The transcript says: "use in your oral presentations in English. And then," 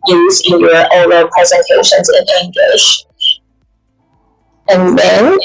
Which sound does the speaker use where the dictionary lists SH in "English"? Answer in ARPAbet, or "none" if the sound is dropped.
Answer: SH